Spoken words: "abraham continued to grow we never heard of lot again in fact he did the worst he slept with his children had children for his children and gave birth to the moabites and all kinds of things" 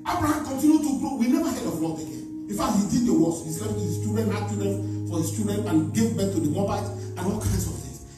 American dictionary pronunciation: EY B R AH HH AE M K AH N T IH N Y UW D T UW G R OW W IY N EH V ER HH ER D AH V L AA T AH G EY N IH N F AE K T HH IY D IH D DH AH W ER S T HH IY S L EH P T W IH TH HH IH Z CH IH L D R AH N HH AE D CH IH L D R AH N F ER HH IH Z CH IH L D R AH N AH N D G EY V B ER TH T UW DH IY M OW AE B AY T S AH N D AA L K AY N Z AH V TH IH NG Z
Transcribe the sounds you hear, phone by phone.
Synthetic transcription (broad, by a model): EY B R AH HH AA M K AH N T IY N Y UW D T UW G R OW W IY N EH V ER HH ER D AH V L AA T AH G EY N IH N F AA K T HH IY D IH D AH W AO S HH IY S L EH F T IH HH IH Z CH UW D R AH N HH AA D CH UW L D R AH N F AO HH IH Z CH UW D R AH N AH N G EY V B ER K T UW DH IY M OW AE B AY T AH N AA L K AY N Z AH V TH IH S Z